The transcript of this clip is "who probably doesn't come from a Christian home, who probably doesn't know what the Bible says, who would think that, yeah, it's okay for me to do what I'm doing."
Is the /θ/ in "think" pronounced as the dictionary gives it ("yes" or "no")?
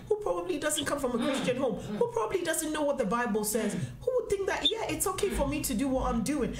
yes